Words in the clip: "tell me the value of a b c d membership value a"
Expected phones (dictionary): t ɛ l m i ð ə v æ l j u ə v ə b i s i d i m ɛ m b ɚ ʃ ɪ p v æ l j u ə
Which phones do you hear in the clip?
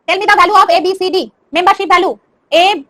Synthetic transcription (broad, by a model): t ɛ l m i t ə b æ l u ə b ə b i s i d i m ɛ m b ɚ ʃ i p b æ l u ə